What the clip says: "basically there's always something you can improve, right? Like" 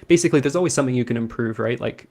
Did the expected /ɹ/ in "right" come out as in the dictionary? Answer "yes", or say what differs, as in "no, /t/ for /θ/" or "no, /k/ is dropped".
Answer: yes